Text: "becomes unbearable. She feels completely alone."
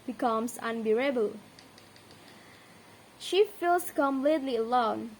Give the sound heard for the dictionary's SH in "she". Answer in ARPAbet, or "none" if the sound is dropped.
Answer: SH